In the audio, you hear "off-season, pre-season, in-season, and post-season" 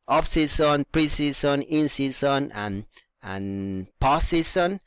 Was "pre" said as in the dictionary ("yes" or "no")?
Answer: yes